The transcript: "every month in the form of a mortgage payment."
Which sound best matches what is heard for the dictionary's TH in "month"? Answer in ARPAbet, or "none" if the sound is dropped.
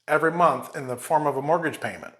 TH